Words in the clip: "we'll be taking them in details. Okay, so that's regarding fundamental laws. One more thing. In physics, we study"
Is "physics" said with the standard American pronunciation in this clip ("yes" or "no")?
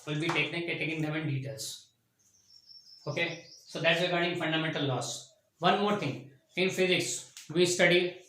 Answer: yes